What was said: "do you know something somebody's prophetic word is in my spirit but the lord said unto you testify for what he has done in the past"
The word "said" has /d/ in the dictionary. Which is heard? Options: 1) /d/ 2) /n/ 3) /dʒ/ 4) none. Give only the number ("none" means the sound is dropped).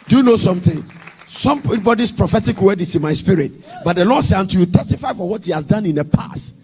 4